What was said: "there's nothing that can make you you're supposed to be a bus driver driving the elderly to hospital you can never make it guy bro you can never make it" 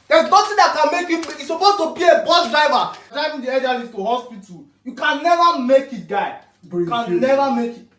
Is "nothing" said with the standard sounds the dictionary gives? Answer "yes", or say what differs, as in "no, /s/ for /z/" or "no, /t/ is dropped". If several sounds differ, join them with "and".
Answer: no, /t/ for /θ/